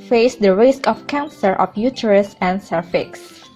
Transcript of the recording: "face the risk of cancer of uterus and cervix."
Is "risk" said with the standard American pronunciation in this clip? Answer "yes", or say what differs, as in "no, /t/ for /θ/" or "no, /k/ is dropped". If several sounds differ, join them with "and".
yes